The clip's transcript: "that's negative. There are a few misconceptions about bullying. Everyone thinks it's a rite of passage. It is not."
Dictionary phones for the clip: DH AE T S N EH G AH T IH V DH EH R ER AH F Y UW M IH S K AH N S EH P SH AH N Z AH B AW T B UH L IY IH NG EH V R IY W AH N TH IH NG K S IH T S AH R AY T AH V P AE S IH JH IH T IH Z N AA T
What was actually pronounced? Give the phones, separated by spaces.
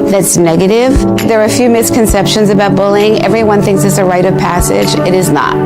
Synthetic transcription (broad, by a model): DH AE T S N EH G AH T IH V DH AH R F Y UW M IH S K AH N S EH P SH AH N Z AH B AW T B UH L IH NG EH V R IY W AH N TH IH NG K S IH T S AH R AY T AH V P AE S IH JH IH T IH Z N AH T